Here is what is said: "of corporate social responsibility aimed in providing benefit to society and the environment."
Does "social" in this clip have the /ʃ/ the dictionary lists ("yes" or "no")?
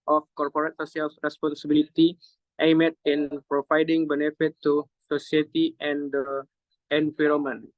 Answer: no